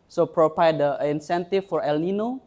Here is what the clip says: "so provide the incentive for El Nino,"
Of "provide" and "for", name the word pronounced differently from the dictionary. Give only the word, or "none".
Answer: provide